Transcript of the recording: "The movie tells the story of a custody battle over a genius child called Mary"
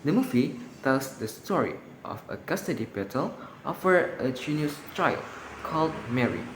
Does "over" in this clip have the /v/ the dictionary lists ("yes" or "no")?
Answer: no